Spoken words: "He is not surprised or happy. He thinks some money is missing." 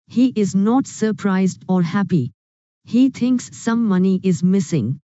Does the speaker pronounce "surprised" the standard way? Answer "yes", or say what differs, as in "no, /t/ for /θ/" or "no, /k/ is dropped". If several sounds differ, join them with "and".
yes